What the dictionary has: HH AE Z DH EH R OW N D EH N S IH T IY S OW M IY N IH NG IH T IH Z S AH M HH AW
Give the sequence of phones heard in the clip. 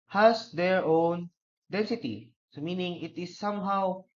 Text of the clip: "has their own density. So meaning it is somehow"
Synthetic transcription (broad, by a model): HH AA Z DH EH R OW N D EH N S IH T IY S OW M IY N IH NG IH T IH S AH M HH AW